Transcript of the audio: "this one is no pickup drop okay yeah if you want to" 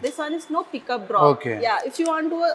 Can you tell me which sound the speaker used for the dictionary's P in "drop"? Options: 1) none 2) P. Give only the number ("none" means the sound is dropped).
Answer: 1